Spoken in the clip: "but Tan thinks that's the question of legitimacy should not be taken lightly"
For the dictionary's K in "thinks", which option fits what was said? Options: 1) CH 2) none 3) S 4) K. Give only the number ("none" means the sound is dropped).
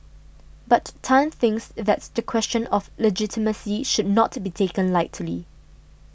4